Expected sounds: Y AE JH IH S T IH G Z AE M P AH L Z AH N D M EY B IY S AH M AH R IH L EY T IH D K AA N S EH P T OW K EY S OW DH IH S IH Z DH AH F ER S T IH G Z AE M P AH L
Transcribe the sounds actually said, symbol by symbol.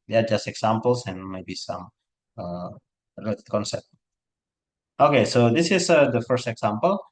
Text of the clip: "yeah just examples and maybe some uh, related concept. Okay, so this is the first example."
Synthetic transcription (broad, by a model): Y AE JH IH S T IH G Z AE M P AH L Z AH N M EY B IY S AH M AH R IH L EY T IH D K AA N S EH P T OW K EY S OW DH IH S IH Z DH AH F ER S T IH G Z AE M P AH L